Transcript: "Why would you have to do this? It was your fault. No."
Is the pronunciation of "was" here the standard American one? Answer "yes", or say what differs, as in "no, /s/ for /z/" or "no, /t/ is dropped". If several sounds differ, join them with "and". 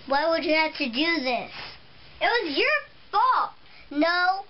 yes